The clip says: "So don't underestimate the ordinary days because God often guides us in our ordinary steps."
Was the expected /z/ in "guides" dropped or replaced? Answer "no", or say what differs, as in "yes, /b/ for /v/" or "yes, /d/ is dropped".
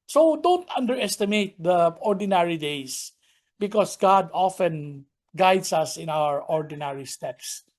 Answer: yes, /s/ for /z/